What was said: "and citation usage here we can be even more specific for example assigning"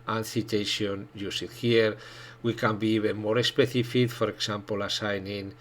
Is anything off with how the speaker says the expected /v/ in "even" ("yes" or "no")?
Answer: yes